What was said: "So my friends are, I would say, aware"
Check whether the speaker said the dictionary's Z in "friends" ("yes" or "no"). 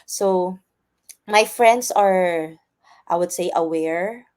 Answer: no